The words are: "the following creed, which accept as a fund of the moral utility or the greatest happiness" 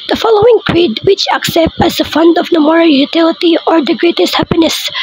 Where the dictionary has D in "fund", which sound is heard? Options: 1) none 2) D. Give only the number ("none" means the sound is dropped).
2